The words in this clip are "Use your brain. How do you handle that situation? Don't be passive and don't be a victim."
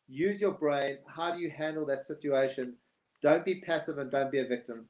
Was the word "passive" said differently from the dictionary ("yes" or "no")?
no